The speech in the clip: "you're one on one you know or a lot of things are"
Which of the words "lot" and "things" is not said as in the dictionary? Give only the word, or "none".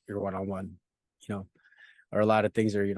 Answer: none